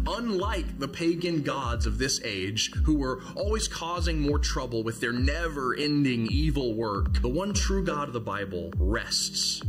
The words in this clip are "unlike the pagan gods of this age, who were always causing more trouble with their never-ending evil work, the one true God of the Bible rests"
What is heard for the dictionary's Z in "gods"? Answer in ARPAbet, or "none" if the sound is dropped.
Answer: Z